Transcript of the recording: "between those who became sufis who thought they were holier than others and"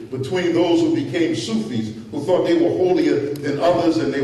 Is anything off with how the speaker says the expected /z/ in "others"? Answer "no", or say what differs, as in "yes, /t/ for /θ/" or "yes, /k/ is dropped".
no